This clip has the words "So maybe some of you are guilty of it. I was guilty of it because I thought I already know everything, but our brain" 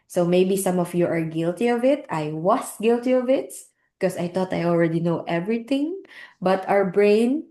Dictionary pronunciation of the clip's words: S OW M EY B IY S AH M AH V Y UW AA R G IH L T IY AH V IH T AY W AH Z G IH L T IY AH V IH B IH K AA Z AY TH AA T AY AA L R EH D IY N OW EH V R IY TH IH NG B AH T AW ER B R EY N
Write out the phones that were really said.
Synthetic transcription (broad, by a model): S OW M EY B IY S AH M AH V Y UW AA R G IH L T IY AH V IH T AY W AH S G IH L T IY AH V IH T K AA S AY T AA T AY AA L R EH D IY N OW EH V R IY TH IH NG B AH T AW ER B R EY N